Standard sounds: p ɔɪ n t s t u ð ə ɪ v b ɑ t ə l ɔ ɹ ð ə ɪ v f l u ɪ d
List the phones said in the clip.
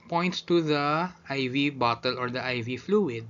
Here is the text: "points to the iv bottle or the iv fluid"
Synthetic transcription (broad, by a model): p ɔɪ n t s t u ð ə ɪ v b ɑ t ə l ɔ ɹ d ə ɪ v f l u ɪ d